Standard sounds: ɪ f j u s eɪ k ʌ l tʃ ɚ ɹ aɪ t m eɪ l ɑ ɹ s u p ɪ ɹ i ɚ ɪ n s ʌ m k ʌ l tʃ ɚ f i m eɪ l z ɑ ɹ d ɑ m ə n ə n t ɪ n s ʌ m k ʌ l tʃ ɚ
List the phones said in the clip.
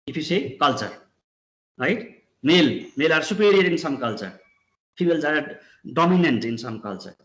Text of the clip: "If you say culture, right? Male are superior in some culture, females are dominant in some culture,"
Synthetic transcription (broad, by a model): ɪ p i s eɪ k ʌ l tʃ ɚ ɹ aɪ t m eɪ l ɑ ɹ s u p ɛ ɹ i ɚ ɪ n s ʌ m k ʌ l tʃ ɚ p i m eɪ l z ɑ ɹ d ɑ m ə n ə n t ɪ n s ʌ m k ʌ l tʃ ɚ